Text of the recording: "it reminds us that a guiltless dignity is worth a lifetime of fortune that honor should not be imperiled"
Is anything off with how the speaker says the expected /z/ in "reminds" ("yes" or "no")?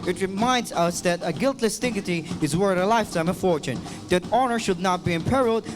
no